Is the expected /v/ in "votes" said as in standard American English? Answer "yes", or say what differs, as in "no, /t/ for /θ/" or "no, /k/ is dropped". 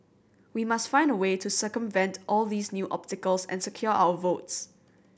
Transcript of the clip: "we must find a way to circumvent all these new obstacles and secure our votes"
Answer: yes